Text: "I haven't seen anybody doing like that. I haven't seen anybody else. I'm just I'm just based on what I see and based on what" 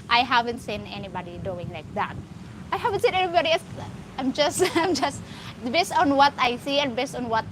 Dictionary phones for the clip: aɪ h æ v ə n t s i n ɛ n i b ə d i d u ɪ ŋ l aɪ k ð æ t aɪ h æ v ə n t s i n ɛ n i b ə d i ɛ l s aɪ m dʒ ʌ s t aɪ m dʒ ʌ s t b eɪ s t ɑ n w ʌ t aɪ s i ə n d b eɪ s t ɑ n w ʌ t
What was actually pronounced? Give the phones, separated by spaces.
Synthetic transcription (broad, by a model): aɪ h æ v ə n t s i n ɛ n i b ə d i d u ɪ ŋ l aɪ k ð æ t aɪ h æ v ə n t s i n ɛ n i b ə d i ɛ s aɪ m dʒ ʌ s t aɪ m dʒ ʌ s t b eɪ s t ɑ n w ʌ t aɪ s i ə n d b eɪ s t ɑ n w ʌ t